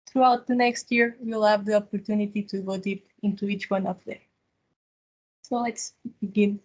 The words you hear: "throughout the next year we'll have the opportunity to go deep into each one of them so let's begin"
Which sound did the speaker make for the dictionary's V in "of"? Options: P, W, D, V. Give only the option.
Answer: P